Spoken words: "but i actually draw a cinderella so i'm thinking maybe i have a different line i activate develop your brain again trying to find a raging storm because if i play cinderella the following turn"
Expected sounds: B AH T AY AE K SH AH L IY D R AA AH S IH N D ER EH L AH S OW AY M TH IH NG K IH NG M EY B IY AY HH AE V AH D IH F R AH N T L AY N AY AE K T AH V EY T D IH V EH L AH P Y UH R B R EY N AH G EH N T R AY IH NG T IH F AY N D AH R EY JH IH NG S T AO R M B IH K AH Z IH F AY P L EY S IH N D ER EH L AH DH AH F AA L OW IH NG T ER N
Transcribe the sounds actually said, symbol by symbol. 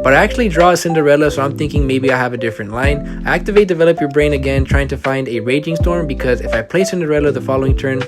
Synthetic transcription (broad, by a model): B AH T AY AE K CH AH L IY D R AA AH S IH N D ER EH L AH S OW AY M TH IH NG K IH NG M EY B IY AY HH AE V AH D IH F R AH N T L AY N AY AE K T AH V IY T D IH V EH L AH P Y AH R B R EY N AH G EH N T R AY IH NG T IH F AY N D AH R EY JH IH NG S T AO R M B IH K AH Z IH F AY P L EY S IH N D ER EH L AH DH AH F AA L OW IH NG T ER N